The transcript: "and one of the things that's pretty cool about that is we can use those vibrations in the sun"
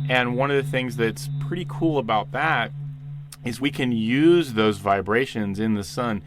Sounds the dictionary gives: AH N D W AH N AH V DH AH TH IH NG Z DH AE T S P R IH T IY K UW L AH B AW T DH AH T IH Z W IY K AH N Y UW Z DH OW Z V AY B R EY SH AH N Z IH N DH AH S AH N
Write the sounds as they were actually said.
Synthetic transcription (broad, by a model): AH N W AH N AH V DH AH TH IH NG Z DH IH T S P R IH T IY K UW L AH B AW T DH AH T IH Z W IY K AH N Y UW Z DH OW Z V AY B R EY SH AH N Z IH N DH AH S AH N